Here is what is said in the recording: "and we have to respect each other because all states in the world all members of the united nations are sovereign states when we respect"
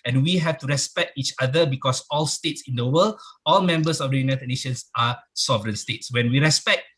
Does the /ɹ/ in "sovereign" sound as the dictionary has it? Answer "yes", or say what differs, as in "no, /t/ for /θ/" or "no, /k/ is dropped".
yes